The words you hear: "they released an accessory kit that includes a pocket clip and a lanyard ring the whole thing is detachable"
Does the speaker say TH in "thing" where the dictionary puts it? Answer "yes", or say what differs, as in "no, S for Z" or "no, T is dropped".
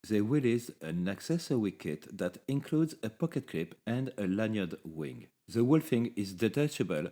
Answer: no, F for TH